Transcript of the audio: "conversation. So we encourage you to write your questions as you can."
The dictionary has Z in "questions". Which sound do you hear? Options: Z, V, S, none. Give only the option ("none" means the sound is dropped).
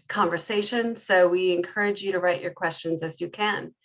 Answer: Z